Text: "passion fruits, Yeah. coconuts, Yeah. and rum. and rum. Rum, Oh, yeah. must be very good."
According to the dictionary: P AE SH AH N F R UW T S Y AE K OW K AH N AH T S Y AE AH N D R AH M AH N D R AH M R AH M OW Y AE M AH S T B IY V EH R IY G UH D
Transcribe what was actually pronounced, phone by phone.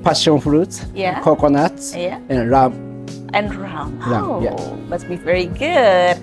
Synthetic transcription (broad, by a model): P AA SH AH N F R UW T Y AE K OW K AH N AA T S Y AE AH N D R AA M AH N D R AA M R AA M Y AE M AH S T B IY V EH R IY G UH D